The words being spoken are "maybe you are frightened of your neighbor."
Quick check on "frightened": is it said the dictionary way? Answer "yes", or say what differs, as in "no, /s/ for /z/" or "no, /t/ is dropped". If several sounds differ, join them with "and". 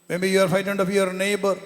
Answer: no, /ɹ/ is dropped